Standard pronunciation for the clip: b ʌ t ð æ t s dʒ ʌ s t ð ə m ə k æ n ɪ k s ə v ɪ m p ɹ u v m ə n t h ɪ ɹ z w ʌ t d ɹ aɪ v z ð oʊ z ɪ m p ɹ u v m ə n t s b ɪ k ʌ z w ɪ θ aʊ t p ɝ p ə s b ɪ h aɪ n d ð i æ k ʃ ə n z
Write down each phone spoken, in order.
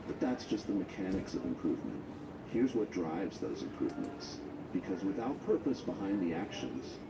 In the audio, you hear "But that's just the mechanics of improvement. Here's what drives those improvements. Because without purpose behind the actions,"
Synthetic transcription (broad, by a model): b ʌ t ð æ t s dʒ ʌ s t ð ə m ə k æ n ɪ k s ə v ɪ m p ɹ u v m ə n t h ɪ ɹ z w ʌ t d ɹ aɪ v z ð oʊ z ɪ m p ɹ u v m ə n t s b ɪ k ʌ z w ɪ θ aʊ t p ɝ p ə s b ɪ h aɪ n ð i æ k ʃ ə n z